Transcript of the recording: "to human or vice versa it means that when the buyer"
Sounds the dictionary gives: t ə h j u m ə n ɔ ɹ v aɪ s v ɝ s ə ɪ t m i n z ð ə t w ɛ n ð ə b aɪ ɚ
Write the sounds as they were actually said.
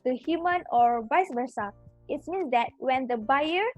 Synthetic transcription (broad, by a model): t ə h j u m ə n ɔ ɹ b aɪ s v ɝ s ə ɪ t m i n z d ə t w ɛ n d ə b aɪ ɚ